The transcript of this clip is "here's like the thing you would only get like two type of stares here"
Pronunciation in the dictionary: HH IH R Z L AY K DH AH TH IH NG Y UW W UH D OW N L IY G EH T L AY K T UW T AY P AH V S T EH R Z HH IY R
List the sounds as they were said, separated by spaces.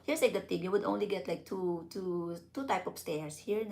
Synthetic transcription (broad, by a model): HH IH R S L AY K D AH T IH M Y UW W UH D OW N L IY G EH T L AY K T UW T AY P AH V S T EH R S HH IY R